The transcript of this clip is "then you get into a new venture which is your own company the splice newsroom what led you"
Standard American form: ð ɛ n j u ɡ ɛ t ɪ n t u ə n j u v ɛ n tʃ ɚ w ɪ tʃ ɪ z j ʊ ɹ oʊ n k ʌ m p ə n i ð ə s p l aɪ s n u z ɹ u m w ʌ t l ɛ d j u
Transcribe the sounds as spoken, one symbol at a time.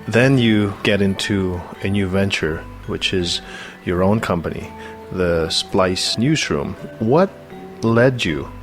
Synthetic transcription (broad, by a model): ð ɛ n j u ɡ ɛ t ɪ n t u ə n j u v ɛ n tʃ ɚ w ɪ tʃ ɪ z j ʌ ɹ oʊ n k ʌ m p ə n i ð ə s p l aɪ s n u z ɹ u m w ʌ t l ɛ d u